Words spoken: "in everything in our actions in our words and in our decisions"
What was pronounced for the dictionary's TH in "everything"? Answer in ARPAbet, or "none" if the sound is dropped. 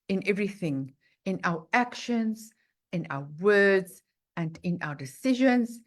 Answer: TH